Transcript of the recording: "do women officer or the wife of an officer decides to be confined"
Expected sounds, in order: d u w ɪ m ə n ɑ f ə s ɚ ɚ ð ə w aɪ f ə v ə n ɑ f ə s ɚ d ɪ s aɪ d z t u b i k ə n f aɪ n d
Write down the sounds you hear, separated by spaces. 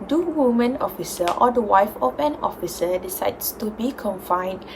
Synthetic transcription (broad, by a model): d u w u m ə n ɑ f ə s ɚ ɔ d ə w aɪ f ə p ə n ɑ f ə s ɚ d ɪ s aɪ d s t u b i k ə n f aɪ n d